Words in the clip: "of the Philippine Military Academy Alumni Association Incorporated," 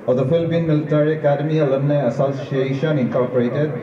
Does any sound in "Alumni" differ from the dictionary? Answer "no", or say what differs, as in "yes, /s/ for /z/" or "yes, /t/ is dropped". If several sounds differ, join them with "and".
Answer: yes, /m/ is dropped